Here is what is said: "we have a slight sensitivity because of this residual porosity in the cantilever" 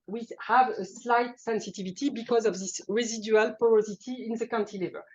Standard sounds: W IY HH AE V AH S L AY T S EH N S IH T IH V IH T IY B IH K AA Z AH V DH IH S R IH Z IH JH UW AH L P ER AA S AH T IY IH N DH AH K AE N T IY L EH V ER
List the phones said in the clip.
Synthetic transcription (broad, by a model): W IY HH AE V AH S L AY T S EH N S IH T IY V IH T IY B IH K AA Z AH V DH IH S R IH Z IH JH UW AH L P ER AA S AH T IY IH N DH AH K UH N T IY L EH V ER